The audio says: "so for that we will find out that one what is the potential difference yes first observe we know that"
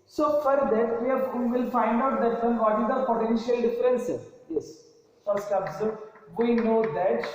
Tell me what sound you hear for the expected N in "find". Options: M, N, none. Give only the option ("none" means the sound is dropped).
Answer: N